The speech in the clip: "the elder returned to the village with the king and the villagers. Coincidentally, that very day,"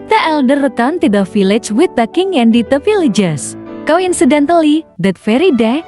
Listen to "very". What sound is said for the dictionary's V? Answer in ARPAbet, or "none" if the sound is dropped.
F